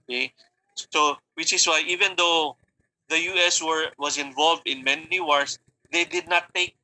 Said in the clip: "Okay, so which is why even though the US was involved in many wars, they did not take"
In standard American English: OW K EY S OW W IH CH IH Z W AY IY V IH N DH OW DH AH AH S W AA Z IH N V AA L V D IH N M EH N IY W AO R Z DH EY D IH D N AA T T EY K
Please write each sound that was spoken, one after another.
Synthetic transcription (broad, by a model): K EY S OW W IH CH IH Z W AY IY V IH N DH OW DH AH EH S W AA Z IH N V AA L V D IH N M EH N IY W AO R S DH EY D IH D N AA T T EY K